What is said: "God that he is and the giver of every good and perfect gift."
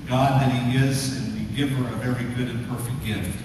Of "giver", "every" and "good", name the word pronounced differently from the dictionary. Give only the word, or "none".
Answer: every